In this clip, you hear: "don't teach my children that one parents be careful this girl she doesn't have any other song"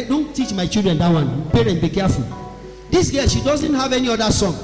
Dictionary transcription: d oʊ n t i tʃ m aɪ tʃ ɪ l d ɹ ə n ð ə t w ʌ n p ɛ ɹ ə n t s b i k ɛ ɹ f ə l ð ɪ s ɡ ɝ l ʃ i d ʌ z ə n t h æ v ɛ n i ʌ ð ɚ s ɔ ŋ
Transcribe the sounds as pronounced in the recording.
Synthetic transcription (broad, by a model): d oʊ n t i tʃ m aɪ tʃ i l d ɹ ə n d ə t w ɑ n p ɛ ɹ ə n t b i k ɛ f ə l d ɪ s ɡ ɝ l ʃ i d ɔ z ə n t h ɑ v ɛ n i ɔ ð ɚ s ɔ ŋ